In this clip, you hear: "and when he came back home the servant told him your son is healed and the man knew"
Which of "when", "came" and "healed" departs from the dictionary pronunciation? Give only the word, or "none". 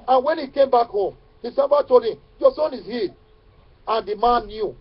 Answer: healed